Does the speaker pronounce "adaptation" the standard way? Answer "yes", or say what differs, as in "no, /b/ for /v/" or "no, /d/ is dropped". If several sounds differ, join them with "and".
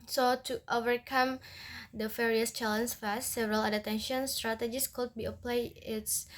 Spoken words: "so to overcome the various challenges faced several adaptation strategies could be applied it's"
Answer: no, /p/ is dropped